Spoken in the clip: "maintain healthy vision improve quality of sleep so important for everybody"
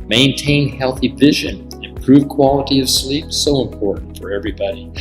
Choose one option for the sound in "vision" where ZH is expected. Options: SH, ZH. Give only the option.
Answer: ZH